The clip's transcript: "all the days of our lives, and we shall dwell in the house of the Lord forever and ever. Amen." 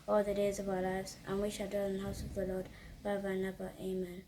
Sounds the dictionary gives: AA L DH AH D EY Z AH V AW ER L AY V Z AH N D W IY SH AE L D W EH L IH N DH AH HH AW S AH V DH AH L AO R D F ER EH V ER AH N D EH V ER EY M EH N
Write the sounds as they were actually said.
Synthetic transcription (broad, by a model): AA L DH AH D EY Z AH V AW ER L AY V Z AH N W IY SH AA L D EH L IH N DH AH HH AW S AH V DH AH L AO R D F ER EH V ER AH N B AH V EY M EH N